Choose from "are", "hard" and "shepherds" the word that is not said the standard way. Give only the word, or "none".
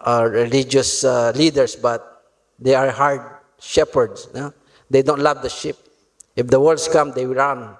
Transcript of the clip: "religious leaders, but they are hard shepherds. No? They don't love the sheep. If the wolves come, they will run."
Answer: shepherds